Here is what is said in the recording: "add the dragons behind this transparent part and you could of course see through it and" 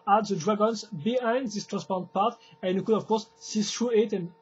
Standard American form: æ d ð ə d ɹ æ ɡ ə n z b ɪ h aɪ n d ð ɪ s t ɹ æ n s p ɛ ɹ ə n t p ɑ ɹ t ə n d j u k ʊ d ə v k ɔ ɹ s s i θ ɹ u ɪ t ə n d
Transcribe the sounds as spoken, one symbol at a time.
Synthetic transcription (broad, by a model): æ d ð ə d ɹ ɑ ɡ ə n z b ɪ h aɪ n d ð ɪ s t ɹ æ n s p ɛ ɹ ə n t p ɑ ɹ t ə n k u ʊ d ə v k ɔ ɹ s s i s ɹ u ɪ t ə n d